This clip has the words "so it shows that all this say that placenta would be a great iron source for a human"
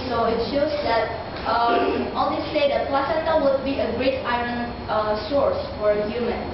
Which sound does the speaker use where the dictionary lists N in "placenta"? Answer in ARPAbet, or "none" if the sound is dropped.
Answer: none